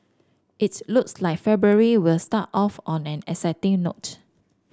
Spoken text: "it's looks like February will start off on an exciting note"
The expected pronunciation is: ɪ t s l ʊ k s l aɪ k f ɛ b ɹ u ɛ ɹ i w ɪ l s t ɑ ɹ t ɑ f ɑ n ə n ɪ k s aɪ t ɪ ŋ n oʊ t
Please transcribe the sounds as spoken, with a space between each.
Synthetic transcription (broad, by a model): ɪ t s l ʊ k s l aɪ k f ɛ b ɹ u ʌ ɹ i w ɪ l s t ɑ t ɑ f ɑ n ə n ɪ s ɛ t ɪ ŋ n oʊ t